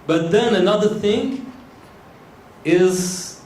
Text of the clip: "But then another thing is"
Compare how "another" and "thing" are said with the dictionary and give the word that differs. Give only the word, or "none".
none